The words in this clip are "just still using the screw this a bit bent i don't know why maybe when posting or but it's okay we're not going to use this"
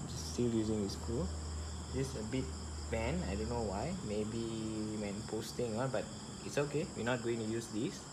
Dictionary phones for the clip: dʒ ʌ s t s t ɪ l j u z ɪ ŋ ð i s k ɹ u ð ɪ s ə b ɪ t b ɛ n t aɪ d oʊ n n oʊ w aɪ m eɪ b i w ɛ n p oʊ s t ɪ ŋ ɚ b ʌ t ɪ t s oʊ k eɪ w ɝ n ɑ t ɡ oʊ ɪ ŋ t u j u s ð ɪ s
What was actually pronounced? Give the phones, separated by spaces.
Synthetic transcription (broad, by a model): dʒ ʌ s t s t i l j u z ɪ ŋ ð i s k u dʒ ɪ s ə b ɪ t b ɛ n aɪ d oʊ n n oʊ w aɪ m eɪ b i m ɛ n p oʊ s t ɪ ŋ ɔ b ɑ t ɪ t s oʊ k eɪ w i n ɑ t ɡ oʊ ɪ ŋ t u j u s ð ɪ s